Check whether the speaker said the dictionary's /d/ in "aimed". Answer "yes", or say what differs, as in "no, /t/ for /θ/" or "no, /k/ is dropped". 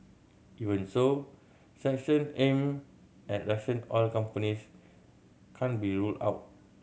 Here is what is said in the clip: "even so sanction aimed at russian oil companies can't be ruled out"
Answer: no, /d/ is dropped